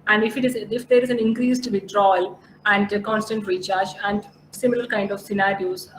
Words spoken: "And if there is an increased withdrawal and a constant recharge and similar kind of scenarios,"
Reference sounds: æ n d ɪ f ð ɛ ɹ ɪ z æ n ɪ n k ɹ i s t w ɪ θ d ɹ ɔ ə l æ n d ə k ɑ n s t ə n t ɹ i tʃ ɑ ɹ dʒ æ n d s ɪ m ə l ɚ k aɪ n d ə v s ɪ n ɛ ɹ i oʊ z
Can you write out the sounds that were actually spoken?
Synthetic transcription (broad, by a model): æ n d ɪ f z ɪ ɹ ɪ z æ n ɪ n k ɹ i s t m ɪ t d ɹ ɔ l æ n d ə k ɑ n s t ə n t ɹ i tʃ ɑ ɹ tʃ æ n d s ɪ m ə l ɚ k aɪ n d ə v s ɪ n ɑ ɹ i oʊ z